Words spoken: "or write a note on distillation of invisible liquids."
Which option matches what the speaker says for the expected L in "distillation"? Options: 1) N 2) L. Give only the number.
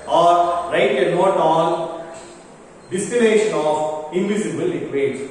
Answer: 1